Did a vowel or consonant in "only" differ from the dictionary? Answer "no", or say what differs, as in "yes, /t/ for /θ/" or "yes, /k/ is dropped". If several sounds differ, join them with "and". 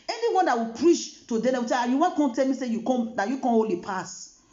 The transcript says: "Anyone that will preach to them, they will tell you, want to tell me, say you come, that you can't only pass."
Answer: yes, /n/ is dropped